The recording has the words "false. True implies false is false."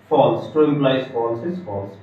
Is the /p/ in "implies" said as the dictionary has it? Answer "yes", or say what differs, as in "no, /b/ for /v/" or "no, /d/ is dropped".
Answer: no, /b/ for /p/